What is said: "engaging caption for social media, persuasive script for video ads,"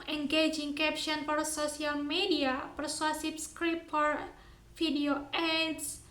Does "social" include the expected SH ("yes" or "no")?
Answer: no